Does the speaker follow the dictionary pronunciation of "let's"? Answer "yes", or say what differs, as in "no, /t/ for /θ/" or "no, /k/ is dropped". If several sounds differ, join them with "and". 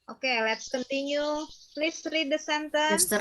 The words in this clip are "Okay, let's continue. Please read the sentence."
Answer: yes